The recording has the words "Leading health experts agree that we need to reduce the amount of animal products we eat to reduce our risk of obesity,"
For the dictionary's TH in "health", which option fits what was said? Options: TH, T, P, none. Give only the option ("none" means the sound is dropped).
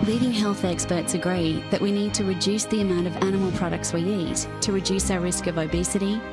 TH